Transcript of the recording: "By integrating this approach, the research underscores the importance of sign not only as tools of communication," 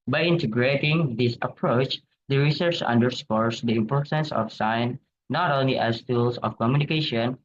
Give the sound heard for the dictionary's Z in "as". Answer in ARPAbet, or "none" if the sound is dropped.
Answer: S